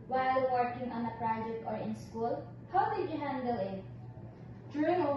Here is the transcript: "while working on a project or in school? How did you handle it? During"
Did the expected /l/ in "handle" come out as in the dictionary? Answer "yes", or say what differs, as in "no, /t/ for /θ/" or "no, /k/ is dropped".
yes